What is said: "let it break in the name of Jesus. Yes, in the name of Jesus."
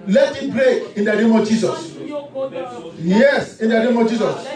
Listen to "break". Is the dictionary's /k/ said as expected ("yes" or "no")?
no